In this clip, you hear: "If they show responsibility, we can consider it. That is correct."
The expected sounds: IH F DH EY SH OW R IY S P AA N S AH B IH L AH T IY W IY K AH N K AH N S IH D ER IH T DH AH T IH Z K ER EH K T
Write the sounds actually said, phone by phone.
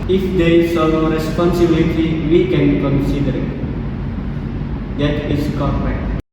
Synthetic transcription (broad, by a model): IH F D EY S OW R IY S P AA N S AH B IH L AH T IY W IY K AH N K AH N S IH D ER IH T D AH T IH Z K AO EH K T